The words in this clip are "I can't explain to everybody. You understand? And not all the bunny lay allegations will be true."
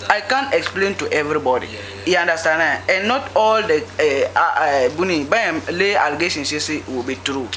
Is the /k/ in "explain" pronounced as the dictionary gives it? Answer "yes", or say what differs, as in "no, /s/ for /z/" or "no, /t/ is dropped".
yes